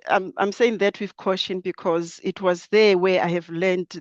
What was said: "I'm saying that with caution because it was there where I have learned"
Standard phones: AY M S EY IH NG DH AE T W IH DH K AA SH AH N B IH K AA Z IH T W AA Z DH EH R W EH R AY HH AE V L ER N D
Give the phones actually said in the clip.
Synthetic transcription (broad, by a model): AY M S EY IH NG DH AE T W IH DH K AA SH AH N B IH K AA Z IH T W AA Z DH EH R W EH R AY HH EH V L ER N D